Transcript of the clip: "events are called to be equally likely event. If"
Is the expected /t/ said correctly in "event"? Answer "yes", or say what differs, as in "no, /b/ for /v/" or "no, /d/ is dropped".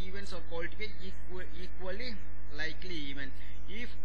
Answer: no, /t/ is dropped